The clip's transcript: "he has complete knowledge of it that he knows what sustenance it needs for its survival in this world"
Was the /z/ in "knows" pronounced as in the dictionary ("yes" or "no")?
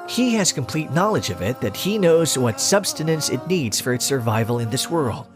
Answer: yes